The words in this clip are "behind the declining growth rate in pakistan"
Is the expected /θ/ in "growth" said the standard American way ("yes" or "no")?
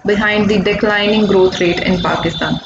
no